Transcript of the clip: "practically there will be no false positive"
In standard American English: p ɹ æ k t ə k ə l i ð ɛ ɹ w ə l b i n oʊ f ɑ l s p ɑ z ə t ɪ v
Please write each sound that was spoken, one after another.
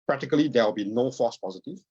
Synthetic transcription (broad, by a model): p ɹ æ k t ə k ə l i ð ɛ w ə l b i n oʊ f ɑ s p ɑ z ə t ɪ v